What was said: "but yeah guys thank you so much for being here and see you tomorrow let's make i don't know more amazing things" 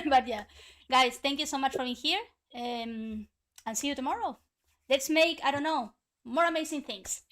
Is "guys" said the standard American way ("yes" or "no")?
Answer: no